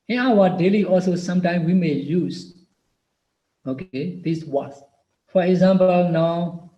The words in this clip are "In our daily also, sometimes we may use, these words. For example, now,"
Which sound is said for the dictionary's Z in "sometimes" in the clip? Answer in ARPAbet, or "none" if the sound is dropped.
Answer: none